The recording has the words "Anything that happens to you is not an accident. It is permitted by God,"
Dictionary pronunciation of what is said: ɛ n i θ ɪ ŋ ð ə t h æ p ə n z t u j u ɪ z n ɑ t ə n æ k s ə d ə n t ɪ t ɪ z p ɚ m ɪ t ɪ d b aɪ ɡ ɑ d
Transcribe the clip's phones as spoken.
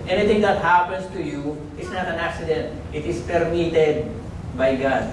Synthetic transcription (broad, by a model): ɛ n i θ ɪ ŋ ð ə t h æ p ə n s t u j u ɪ s n ɑ t ə n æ k s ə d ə n t ɪ t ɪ s p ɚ m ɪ t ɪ d b aɪ ɡ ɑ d